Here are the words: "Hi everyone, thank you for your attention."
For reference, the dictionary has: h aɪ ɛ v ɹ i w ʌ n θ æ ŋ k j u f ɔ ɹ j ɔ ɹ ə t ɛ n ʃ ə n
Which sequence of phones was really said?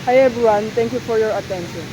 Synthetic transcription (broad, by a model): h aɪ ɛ b ɹ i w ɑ n t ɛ ŋ k j u f ɔ ɹ j ɔ ɹ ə t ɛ n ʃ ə n